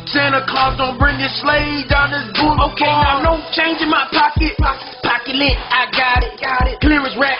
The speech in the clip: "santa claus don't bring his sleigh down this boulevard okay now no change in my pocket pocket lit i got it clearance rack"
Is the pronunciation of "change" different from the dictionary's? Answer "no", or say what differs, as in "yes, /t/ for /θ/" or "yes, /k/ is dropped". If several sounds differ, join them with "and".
no